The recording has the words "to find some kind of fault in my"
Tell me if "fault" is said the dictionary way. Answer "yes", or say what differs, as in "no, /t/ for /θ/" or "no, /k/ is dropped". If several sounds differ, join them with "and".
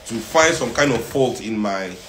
no, /p/ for /f/